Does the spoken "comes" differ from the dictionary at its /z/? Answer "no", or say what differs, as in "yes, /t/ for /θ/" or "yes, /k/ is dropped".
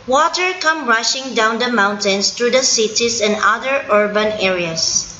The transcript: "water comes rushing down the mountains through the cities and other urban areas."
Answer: yes, /z/ is dropped